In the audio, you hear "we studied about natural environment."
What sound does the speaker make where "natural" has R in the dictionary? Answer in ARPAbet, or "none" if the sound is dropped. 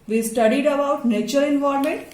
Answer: none